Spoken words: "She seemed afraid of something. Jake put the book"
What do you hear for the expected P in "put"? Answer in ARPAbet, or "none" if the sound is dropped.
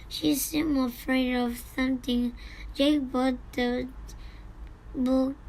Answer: B